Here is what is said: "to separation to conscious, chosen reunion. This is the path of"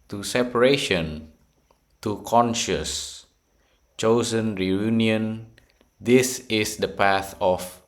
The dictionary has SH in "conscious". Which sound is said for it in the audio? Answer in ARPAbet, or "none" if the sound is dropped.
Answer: SH